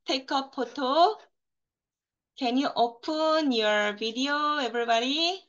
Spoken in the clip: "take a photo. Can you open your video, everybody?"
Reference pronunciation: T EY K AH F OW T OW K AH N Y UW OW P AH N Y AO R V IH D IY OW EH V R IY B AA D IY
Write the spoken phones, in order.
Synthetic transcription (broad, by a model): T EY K AH P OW T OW K AH N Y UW OW P AH N Y AO R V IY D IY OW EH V R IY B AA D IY